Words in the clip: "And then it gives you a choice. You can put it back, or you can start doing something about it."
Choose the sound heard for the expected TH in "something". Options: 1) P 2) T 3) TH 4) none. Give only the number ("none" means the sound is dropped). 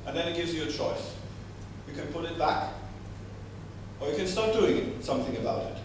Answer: 3